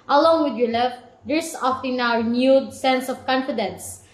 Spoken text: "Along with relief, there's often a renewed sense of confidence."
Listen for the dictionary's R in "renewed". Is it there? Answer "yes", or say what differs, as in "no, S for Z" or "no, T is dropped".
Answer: no, W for R